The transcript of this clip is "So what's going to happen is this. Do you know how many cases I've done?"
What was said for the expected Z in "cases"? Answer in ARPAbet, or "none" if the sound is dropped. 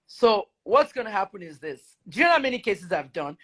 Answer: Z